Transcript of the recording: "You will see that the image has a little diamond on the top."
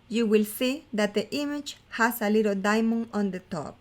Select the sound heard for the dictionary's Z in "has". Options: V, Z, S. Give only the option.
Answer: S